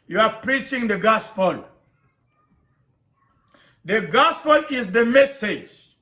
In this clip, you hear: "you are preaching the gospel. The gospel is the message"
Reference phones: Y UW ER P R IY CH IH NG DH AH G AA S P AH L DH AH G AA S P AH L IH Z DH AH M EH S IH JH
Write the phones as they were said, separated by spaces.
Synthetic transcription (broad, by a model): Y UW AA P R IY CH IH NG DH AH G AA S P AH L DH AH G AA S P AH L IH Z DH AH M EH S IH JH